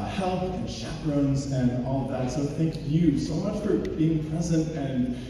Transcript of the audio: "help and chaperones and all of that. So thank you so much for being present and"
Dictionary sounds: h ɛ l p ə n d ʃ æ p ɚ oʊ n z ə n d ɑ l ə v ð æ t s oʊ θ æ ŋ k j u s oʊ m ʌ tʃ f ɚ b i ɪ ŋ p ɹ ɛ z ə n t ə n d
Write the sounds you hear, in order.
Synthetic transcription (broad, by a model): h ɛ l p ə n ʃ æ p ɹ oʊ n z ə n ɑ l ə v ð æ t s oʊ θ æ ŋ k j u s oʊ m ʌ tʃ f ɚ b i ɪ ŋ p ɹ ɛ z ə n t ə n